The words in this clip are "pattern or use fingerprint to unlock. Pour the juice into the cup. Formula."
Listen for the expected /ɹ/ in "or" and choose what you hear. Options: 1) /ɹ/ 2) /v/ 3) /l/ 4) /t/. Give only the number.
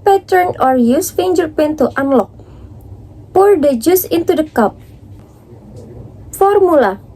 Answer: 1